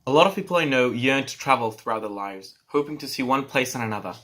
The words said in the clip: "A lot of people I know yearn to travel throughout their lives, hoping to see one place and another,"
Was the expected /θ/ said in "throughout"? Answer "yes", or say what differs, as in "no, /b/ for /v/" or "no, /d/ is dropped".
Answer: yes